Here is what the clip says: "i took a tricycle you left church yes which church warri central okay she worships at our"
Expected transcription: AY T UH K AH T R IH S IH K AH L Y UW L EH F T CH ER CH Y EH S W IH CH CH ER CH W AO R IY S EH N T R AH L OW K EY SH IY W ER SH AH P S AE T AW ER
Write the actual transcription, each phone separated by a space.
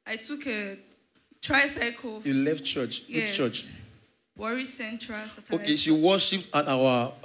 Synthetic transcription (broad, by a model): AY T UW K AH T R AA S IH K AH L Y UW L EH F T CH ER CH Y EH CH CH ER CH W AO R IY S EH N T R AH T OW K EY SH IY W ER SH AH P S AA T AW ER